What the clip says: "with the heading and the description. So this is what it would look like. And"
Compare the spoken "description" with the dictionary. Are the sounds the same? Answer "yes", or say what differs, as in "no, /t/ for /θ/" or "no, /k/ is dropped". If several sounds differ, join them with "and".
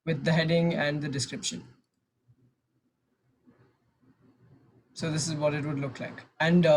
yes